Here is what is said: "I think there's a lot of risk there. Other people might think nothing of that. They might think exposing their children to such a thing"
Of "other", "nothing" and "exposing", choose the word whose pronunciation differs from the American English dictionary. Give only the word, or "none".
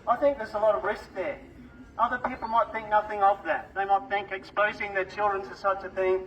none